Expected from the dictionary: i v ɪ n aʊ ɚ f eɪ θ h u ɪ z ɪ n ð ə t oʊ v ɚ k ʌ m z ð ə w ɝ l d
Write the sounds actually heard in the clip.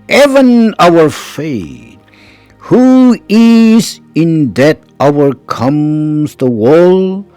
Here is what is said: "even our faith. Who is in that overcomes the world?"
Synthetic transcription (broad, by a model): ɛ v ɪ n aʊ ɚ f eɪ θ h u ɪ z ɪ n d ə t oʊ ɚ k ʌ m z ð ə w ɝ l